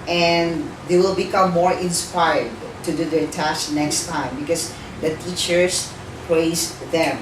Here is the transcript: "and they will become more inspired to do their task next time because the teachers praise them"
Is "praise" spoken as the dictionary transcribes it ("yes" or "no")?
no